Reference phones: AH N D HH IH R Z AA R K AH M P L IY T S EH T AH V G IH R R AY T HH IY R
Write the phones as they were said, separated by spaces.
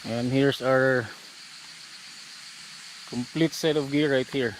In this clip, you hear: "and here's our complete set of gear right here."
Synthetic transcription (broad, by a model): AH N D HH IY R S AA R K AH M P L IY T S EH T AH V G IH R R AY T HH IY R